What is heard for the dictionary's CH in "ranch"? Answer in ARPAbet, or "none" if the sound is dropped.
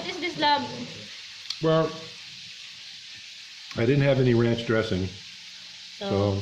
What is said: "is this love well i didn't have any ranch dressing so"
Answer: CH